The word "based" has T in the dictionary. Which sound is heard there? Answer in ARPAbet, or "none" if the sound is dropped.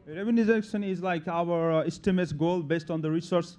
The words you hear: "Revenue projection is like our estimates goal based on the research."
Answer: T